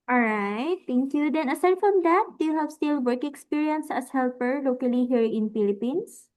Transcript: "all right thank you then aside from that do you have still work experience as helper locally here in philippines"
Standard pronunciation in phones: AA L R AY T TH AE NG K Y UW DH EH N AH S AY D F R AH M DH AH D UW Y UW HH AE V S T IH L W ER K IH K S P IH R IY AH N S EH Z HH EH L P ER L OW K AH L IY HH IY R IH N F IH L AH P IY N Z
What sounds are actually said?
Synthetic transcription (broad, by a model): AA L R AY T T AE NG K Y UW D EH N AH S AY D F R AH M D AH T Y UW HH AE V S T IH L W ER K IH K S P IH R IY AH N S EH S HH EH L P ER L OW K AH L IY HH IY R IH N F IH L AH P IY N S